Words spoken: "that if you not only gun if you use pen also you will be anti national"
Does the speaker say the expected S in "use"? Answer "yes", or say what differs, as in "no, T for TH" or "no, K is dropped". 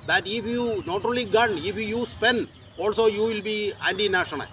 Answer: yes